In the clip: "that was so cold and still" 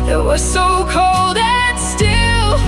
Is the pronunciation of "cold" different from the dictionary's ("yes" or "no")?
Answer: no